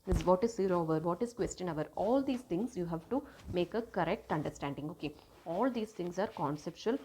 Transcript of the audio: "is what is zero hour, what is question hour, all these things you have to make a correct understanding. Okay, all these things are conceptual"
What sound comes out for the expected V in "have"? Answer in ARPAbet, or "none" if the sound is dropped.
V